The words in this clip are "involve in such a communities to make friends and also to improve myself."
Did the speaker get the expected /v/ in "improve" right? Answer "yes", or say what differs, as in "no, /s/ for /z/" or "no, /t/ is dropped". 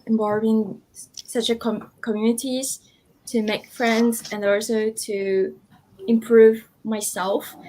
yes